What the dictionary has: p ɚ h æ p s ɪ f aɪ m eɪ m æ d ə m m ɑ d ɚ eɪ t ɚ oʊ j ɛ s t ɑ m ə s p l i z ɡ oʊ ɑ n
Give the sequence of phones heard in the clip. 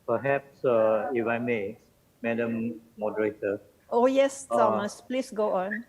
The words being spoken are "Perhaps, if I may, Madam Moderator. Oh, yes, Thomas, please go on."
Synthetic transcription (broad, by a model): p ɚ h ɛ p s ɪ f aɪ m eɪ m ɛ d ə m m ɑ d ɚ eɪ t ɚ oʊ j ɛ s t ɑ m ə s p l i s ɡ oʊ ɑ n